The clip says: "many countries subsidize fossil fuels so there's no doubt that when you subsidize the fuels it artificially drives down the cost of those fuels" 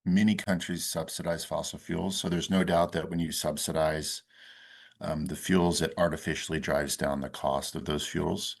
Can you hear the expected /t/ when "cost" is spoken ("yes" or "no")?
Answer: yes